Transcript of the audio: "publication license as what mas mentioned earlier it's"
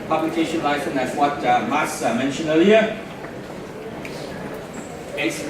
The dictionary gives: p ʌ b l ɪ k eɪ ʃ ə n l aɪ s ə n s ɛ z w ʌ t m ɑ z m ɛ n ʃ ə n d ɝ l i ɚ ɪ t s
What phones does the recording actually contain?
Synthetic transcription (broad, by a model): p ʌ b l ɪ k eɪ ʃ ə n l aɪ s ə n ɛ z w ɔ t m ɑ s m ɛ n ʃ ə n ɝ l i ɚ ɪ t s